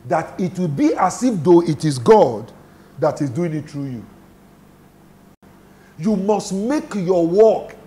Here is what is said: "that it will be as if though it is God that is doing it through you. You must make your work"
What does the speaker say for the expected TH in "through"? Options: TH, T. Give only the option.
T